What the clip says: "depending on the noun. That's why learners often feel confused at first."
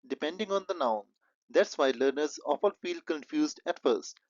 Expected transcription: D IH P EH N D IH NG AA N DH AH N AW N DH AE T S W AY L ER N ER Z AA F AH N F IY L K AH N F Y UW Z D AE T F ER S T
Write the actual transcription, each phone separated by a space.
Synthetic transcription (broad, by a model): D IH P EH N D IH NG AA N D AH N AW N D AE T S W AY L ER N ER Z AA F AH L F IY L K AH N F Y UW Z D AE T F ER S T